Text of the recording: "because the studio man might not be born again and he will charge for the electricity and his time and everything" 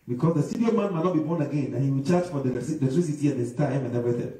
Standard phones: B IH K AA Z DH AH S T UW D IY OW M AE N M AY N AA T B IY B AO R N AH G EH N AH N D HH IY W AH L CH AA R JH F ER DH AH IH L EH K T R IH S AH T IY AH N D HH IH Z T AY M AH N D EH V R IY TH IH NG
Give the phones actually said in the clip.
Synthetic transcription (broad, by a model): B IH K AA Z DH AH S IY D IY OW M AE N M AY N AA T B IY B AO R N AH G EH N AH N HH IY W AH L CH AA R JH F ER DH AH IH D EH T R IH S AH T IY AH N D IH S T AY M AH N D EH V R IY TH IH